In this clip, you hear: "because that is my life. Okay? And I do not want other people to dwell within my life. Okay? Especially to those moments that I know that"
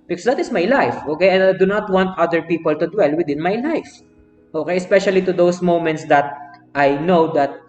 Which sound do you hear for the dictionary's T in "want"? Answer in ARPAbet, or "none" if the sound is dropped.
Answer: T